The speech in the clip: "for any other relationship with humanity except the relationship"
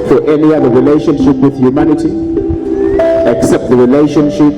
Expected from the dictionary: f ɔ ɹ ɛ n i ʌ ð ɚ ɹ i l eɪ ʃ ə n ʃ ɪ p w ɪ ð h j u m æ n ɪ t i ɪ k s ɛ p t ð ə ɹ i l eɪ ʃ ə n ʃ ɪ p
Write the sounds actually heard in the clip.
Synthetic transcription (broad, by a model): f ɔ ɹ ɛ n i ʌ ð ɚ ɹ i l eɪ ʃ ə n ʃ ɪ p w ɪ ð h j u m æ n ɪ t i ɪ k s ɛ p t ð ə ɹ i l eɪ ʃ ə n ʃ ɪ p